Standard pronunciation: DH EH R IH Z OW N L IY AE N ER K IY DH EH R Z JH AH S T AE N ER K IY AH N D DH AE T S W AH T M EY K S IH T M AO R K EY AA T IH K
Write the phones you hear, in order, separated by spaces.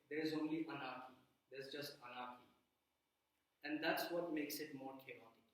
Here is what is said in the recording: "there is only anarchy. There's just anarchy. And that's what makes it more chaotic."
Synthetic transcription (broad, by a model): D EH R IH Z OW N L IY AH N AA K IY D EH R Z JH AH S T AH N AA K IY AH N D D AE T S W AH T M EY K S IH T M AO R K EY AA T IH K